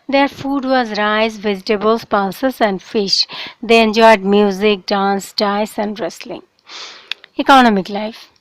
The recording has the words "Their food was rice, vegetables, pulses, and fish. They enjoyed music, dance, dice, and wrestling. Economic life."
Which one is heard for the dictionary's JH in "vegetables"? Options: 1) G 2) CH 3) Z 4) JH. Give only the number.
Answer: 3